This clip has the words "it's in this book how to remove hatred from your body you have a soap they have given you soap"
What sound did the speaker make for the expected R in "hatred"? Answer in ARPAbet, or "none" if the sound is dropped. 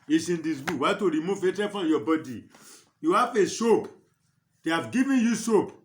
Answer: none